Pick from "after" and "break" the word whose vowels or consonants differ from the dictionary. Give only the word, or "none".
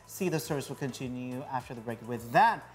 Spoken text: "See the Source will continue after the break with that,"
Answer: none